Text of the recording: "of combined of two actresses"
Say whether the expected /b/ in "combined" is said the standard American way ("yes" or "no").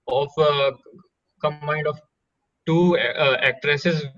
no